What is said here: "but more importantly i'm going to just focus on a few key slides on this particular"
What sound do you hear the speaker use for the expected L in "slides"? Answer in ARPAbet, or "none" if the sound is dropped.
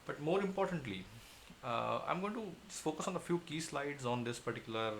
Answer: L